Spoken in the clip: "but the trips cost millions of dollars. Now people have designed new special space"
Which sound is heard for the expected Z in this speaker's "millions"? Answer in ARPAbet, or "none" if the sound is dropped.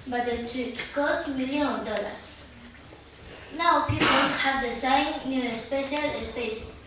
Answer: none